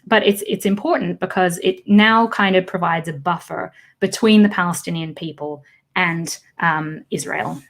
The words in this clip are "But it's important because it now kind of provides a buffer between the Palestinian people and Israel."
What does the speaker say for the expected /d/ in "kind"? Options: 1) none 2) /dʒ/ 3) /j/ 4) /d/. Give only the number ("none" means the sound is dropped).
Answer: 4